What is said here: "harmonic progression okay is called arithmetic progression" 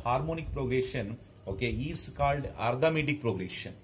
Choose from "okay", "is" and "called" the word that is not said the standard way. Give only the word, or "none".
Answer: is